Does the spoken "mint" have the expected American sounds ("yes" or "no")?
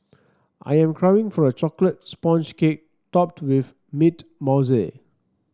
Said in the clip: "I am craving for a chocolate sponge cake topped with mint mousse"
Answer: no